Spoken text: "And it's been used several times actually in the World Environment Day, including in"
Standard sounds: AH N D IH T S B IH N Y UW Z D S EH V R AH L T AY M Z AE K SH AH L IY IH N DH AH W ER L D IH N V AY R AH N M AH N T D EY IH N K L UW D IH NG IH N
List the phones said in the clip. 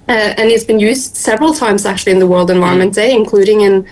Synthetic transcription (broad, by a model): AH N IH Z B IH N Y UW Z D S EH V R AH L T AY M Z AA K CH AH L IY IH N DH AH W ER L D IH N V AY R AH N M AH N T D EY IH N K L UW D IH NG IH N